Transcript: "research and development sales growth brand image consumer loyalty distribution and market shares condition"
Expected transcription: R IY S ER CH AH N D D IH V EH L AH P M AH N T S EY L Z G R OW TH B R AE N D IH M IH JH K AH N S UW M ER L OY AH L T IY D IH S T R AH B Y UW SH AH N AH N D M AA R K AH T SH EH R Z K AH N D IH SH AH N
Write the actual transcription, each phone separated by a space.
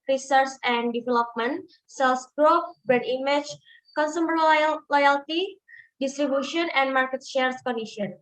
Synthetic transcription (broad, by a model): R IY S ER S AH N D D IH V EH L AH P M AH N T S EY L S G R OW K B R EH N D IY M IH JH K AH N S UW M ER L OY AH L T IY D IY S T R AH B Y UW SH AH N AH N M AA R K AH T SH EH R S K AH N D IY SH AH N